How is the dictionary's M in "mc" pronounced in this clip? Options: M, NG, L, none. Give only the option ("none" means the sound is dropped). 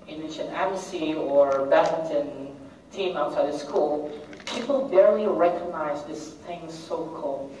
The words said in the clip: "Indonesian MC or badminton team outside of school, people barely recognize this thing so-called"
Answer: none